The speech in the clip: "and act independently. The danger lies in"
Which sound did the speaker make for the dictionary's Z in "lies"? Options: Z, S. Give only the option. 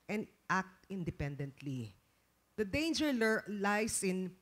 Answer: S